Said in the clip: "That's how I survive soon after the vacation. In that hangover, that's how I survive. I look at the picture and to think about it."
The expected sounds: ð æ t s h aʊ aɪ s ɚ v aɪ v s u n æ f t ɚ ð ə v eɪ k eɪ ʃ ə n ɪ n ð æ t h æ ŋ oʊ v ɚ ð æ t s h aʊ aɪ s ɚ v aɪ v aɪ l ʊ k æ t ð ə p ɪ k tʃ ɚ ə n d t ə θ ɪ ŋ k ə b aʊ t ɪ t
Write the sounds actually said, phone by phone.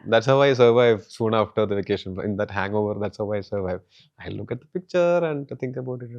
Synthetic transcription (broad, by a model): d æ t s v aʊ aɪ s ɚ v aɪ v s u n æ f t ɚ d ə v eɪ k eɪ ʃ ə n ɪ n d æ t h æ ŋ oʊ v ɚ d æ t s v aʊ aɪ s ɚ v aɪ v aɪ l ʊ k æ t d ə p ɪ k tʃ ɚ ə n d t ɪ ŋ k ə b aʊ t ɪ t